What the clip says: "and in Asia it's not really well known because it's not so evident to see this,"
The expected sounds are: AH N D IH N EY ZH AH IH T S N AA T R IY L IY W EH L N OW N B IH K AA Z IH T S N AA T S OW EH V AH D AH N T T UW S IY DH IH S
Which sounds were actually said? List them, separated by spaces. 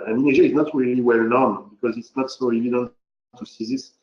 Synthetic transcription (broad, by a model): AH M IH N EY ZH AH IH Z N AA T R IY L IY W EH L N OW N B IH K AA Z IH T S N AA T S OW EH V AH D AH N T T UW S IY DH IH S